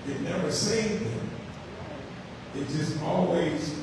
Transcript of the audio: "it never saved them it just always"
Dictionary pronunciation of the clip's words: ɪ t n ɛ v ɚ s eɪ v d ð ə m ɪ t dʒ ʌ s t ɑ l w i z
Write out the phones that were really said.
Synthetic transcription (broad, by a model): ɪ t n ɛ v ɚ s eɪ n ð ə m ɪ t dʒ ʌ s t ɑ l w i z